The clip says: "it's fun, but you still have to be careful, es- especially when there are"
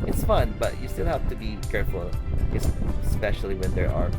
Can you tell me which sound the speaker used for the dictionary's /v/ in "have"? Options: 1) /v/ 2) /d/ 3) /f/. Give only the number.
3